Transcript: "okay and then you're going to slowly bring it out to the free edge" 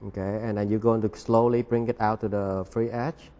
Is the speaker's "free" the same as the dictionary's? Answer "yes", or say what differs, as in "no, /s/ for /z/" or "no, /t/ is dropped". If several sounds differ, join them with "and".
yes